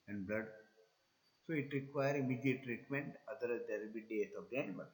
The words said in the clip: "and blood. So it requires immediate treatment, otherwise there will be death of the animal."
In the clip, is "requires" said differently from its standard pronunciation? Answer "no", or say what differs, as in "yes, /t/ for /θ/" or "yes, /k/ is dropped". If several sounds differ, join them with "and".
yes, /z/ is dropped